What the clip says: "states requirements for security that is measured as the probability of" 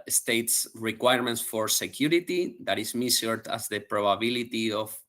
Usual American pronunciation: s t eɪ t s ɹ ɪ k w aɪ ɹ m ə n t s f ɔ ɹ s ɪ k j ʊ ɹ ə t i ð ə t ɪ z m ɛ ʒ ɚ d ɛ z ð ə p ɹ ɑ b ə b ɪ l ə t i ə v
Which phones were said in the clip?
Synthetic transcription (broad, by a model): s t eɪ t s ɹ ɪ k w aɪ ɹ m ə n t s f ɔ ɹ s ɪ k j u ɹ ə t i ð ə t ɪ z m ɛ s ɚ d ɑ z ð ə p ɹ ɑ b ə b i l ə t i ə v